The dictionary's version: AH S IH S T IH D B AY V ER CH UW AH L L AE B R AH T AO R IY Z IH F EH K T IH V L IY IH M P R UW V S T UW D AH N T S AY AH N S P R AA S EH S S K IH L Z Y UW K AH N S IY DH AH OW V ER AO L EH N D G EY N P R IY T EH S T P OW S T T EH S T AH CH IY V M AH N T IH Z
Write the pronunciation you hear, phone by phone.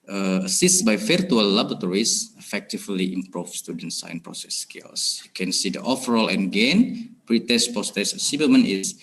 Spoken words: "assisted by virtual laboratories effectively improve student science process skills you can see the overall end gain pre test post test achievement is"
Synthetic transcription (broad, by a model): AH S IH S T B AY F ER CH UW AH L L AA B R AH T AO R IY S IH F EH K T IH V L IY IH M P R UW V S T UW D AH N T S AY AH N P R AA S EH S S K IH L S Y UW K AH N S IY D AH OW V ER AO L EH N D G EY N P R IY T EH S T P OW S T T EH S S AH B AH M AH N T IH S